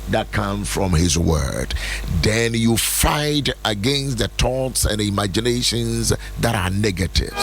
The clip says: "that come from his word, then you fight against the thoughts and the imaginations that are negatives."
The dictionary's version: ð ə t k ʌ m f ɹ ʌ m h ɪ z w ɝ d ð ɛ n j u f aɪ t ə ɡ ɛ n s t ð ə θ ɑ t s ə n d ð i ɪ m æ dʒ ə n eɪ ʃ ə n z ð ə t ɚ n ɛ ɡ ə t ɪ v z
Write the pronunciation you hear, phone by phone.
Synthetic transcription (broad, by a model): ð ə t k ʌ m f ɹ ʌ m h ɪ z w ɝ d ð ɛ n j u f aɪ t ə ɡ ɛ n s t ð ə t ɑ t s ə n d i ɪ m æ dʒ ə n eɪ ʃ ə n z ð ə t ɚ n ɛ ɡ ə t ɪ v